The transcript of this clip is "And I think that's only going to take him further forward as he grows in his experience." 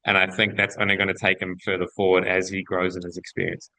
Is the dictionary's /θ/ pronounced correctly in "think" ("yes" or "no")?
yes